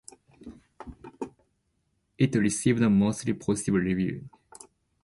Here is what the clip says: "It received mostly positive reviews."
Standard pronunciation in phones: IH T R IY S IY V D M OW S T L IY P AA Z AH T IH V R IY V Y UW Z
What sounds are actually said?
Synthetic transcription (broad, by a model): IH T R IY S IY V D M OW S T L IY P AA S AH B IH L R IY V Y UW